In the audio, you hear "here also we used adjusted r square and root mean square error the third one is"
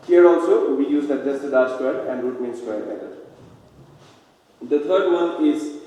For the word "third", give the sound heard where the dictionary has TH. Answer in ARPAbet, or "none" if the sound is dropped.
T